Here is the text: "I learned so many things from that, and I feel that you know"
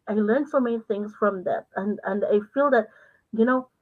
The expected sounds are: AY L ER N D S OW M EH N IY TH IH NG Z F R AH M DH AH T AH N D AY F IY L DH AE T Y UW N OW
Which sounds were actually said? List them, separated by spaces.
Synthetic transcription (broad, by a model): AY L ER N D S OW M EH N IY TH IH NG Z F R AH M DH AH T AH N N AY F IY L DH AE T Y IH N OW